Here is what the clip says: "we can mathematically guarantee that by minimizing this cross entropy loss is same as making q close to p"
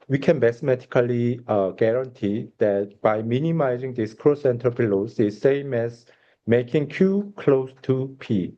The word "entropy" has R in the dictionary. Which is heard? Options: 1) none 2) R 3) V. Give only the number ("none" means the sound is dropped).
1